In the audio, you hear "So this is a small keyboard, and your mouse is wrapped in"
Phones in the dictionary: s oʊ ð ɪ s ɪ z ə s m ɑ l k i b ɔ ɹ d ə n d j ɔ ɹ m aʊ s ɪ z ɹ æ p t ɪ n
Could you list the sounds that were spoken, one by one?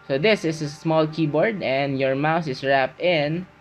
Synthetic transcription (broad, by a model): s oʊ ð ɪ s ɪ s ə s m ɑ l k i b ɔ ɹ d ə n d j ɔ ɹ m aʊ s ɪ s ɹ æ p t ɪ n